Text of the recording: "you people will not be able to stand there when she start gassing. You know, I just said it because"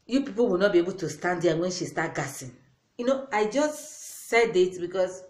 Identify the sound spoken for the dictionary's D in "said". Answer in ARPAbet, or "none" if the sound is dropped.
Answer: D